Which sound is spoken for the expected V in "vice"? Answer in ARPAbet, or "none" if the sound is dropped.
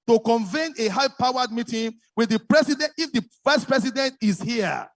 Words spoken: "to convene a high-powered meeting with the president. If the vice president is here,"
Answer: F